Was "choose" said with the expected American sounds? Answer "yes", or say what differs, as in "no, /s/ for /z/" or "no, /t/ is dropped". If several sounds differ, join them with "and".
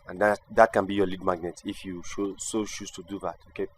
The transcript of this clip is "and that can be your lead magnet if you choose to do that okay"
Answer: no, /ʃ/ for /tʃ/ and /s/ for /z/